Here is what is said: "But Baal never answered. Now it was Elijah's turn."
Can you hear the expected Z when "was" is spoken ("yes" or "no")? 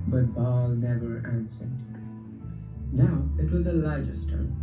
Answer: yes